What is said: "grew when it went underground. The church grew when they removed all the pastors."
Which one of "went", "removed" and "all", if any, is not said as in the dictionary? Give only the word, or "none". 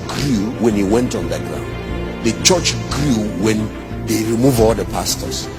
removed